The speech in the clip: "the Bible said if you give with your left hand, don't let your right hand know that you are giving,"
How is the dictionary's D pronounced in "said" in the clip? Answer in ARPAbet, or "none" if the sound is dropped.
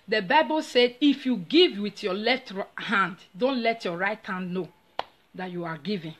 D